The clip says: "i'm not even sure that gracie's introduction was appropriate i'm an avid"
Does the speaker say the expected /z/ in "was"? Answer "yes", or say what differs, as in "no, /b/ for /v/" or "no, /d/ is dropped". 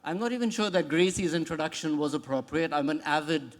yes